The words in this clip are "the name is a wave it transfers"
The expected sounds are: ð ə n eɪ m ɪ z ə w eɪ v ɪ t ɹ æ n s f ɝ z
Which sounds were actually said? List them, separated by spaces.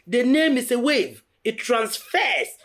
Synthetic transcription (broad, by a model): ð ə n eɪ m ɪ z ə w eɪ v ɪ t ɹ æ n s f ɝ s